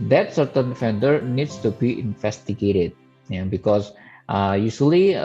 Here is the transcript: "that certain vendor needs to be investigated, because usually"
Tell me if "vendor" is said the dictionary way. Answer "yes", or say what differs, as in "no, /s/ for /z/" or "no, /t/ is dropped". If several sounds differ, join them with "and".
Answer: no, /f/ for /v/